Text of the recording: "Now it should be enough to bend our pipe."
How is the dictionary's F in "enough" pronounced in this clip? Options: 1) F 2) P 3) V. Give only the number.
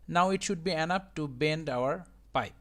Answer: 2